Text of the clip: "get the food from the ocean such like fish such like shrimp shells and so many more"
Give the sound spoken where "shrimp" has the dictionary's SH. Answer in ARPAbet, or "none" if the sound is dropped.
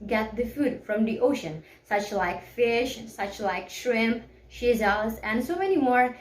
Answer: SH